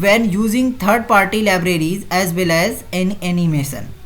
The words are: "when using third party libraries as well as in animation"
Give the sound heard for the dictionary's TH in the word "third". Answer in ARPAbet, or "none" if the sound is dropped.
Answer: T